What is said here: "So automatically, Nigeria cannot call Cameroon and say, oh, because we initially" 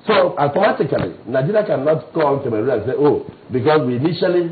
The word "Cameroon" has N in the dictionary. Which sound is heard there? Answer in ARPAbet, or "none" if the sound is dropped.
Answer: none